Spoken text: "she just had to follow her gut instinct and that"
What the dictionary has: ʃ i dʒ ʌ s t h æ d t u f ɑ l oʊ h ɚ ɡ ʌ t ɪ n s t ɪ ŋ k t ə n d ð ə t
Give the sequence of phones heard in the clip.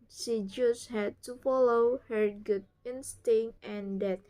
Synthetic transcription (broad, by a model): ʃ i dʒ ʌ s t h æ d t u f ɑ l oʊ h ɚ ɡ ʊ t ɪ n s t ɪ ŋ t ə n d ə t